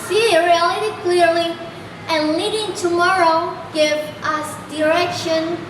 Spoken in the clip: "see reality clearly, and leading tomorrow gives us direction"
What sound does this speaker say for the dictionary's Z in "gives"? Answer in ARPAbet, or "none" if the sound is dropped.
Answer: none